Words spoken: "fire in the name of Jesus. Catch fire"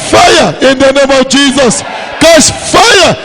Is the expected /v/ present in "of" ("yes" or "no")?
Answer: no